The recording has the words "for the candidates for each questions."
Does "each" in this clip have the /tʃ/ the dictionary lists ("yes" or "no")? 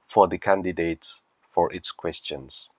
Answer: no